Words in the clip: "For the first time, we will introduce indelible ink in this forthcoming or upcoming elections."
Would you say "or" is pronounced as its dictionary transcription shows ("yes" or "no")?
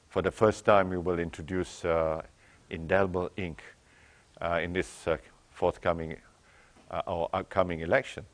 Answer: no